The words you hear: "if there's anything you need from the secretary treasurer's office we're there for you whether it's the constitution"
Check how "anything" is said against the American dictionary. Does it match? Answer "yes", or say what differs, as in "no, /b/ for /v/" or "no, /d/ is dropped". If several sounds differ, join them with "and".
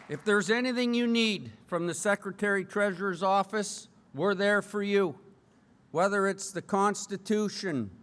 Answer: yes